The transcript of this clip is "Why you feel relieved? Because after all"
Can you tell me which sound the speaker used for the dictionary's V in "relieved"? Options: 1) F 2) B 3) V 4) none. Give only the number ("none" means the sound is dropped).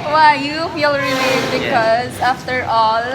4